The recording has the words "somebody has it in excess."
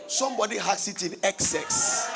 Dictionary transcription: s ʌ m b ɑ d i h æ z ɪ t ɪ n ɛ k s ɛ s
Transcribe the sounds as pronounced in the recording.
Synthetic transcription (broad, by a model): s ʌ m b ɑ d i h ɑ s ɪ t ɪ n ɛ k s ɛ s